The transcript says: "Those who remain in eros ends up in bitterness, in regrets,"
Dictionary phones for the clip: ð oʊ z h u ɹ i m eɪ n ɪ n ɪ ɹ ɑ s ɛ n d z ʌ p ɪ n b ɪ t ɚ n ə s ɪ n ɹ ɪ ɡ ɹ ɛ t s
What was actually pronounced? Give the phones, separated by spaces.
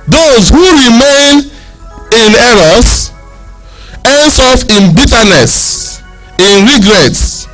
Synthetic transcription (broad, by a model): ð oʊ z h u ɹ i m eɪ n ɪ n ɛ ɹ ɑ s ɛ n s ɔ f ɪ n b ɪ t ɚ n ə s ɪ n ɹ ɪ ɡ ɹ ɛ t s